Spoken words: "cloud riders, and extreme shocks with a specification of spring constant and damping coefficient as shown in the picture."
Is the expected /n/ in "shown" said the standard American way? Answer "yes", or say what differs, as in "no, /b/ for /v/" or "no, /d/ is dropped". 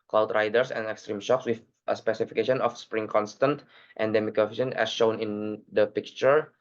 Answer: yes